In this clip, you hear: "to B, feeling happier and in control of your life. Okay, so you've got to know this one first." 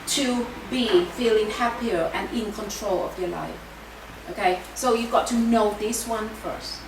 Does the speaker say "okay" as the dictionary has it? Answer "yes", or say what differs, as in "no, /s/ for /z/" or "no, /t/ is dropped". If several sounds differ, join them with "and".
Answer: yes